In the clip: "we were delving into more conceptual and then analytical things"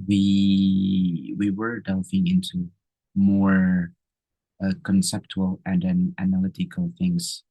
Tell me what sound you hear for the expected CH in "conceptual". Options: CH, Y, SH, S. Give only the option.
CH